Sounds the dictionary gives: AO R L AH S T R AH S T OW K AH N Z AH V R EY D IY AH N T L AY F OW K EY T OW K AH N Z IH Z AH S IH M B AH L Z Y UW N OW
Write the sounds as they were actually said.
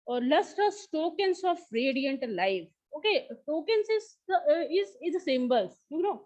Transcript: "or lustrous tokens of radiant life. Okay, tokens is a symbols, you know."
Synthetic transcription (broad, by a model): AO R L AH S T AH S T OW K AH N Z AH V R EY D IY AH N T L AY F OW K EY T OW K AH N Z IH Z AH S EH M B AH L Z Y UW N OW